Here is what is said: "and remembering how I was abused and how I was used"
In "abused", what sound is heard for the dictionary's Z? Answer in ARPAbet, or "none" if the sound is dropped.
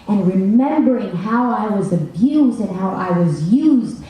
Z